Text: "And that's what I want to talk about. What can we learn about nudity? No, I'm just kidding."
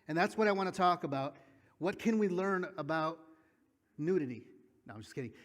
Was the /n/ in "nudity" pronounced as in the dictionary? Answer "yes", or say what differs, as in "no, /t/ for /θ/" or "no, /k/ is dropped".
yes